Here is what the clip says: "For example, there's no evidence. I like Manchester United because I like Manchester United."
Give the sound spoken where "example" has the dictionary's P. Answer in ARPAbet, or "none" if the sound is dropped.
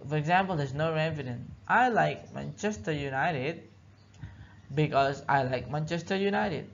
P